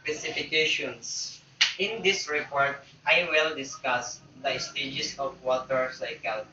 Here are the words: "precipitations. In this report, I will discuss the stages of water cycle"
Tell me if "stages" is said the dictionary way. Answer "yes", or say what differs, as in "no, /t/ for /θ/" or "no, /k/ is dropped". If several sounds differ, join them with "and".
no, /s/ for /z/